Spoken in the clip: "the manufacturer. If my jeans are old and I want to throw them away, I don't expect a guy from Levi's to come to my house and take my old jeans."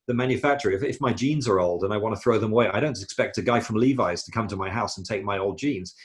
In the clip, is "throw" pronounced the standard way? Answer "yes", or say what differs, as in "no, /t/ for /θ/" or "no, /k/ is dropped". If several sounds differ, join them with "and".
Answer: yes